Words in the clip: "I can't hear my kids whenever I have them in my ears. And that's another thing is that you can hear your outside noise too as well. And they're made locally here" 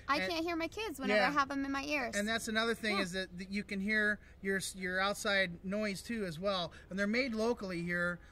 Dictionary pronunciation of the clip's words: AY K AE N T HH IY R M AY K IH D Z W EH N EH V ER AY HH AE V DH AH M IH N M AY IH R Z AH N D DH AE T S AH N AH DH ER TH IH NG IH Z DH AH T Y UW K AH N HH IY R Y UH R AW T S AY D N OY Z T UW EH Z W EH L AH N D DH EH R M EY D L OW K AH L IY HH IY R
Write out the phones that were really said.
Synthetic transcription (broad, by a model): AY K AE N T HH IY R M AY K IH D Z W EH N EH ER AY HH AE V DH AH M IH N M AY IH R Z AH N DH AE T S AH N AH DH ER TH IH NG IH Z DH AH T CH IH K AH N HH IY R Y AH R AW T S AY D N OY Z T UW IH Z W EH L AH N DH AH R M EY D L OW K L IY HH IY R